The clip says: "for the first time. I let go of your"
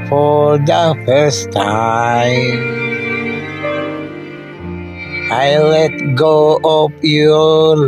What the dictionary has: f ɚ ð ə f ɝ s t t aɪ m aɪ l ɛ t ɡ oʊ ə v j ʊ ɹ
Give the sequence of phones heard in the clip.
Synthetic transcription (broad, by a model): f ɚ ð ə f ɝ s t t aɪ m aɪ l ɛ t ɡ oʊ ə p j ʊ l